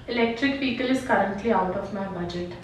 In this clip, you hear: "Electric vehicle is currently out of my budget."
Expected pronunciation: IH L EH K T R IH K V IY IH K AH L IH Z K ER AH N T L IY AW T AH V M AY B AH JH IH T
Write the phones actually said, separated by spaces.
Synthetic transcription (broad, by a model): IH L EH K T R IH K P IY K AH L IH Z K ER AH N T L IY AW T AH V M AY B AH JH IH T